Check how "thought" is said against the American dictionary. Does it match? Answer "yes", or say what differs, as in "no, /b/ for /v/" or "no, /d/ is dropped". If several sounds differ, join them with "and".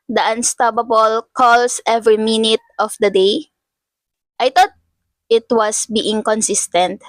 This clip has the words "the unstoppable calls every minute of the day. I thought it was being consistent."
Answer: no, /t/ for /θ/